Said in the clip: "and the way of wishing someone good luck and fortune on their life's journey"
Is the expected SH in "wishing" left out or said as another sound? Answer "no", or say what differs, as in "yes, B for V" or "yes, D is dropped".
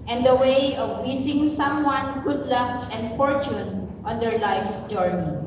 yes, S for SH